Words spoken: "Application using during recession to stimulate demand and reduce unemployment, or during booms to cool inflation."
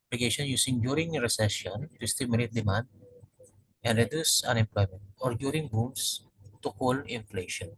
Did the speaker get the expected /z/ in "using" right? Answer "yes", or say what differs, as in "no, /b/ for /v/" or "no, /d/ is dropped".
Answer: no, /s/ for /z/